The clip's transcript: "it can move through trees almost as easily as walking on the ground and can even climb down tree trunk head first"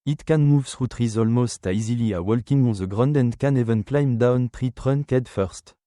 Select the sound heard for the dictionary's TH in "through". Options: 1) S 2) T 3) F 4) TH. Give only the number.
1